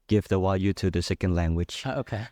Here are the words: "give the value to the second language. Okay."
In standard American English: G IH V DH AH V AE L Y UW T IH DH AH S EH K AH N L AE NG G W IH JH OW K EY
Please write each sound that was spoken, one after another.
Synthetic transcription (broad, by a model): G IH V DH AH W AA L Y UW T IH DH AH S EH K AH N L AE NG G W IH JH OW K EY